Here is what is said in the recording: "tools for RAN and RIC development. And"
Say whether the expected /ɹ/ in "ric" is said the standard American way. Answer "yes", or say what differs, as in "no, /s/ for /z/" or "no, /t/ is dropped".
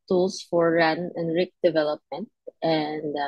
yes